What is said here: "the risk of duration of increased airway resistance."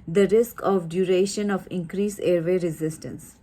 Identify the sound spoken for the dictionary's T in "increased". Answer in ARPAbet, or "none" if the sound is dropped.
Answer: none